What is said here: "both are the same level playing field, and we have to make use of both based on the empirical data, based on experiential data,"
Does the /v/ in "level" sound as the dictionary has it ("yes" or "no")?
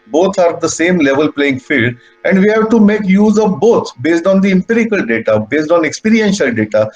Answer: yes